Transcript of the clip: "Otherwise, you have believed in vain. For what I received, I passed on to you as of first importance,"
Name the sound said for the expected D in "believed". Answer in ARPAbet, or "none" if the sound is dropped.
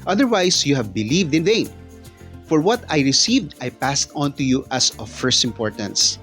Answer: D